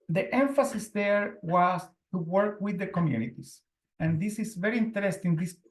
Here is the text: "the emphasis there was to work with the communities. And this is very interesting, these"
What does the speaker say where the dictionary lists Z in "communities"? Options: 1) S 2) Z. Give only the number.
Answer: 1